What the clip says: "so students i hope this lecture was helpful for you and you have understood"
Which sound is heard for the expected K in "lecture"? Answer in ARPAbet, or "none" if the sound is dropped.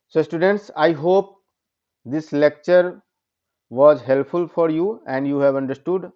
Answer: K